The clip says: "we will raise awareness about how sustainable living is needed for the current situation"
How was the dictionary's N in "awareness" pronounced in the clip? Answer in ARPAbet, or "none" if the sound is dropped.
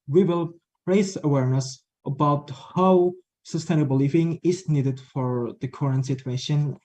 N